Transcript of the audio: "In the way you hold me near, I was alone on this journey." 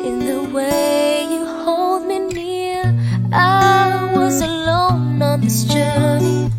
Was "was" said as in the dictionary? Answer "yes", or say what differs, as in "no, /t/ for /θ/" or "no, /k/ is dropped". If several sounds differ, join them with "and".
yes